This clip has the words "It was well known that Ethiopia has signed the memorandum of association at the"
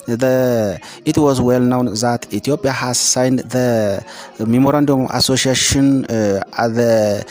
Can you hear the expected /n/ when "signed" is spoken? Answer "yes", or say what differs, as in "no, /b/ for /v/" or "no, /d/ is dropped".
yes